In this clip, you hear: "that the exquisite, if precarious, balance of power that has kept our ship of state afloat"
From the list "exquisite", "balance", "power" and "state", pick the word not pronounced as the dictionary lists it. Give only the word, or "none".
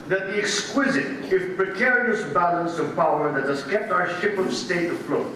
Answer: none